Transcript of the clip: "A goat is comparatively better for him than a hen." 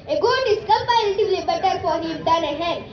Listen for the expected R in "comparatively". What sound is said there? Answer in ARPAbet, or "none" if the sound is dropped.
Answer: none